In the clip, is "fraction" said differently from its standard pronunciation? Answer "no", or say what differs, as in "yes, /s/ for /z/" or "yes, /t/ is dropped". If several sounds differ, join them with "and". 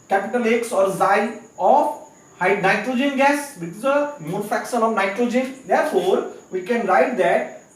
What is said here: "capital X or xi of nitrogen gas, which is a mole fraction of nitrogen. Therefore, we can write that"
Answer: yes, /ɹ/ is dropped